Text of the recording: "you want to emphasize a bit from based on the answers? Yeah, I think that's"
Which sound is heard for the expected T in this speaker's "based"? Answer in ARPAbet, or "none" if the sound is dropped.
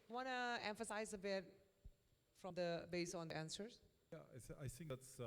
none